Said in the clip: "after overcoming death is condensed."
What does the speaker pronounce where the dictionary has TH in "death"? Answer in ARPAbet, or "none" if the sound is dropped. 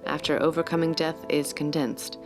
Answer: TH